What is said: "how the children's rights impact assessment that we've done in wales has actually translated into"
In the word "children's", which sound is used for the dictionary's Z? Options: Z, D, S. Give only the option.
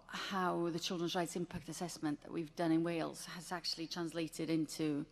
Z